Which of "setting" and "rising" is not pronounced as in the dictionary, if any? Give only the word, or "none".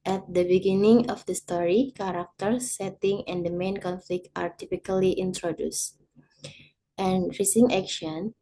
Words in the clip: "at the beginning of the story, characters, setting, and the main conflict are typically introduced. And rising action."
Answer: rising